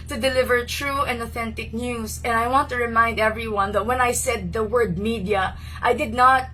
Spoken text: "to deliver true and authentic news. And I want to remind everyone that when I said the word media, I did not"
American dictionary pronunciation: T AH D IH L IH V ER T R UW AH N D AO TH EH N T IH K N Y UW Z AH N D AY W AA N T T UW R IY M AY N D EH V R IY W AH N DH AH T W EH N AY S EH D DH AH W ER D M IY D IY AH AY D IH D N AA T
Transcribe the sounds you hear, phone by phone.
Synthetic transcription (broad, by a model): T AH D IH L IH V ER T R UW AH N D AO TH EH N T IH K N Y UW S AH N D AY W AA N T T UW R IY M AY N D EH V R IY W AH N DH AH T W EH N AY S EH D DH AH W ER D M IY D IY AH AY D IH D N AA T